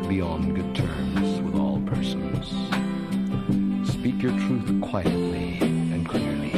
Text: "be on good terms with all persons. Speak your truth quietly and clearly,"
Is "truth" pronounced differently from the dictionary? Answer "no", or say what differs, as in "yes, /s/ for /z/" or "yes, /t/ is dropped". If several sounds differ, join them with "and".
no